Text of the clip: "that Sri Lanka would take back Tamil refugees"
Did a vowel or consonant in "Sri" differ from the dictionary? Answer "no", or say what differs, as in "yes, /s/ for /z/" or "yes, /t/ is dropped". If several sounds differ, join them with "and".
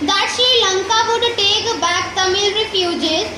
yes, /ɹ/ is dropped